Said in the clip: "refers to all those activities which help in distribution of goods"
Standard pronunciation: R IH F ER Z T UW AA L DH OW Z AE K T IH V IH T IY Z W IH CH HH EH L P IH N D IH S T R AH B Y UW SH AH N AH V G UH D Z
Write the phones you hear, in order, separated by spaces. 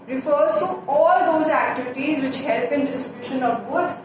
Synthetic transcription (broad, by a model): R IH F ER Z T UW AA L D OW Z AE K T IH V IH T IY Z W IH CH HH EH L P IH N D IH S T R AH B Y UW SH AH N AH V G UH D